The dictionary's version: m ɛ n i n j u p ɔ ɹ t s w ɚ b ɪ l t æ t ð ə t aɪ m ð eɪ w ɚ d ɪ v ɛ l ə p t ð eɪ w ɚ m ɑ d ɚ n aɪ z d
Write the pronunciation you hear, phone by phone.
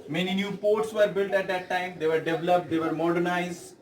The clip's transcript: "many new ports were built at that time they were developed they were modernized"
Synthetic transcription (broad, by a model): m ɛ n i n j u p ɔ ɹ t s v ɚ b ɪ l t æ t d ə t aɪ m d eɪ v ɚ d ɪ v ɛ l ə p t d eɪ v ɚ m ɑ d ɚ n aɪ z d